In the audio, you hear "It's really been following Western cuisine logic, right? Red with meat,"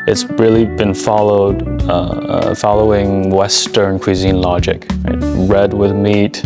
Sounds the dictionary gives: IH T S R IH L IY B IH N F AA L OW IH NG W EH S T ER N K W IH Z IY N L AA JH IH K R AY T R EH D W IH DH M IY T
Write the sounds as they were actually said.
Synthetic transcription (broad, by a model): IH T S R IH L IY B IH N F AA L OW IH NG W EH S T ER N K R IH Z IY N L AA JH IH K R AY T R EH D W IH DH M IY T